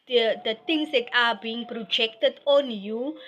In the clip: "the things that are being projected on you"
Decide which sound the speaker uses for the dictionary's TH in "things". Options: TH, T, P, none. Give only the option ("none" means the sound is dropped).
T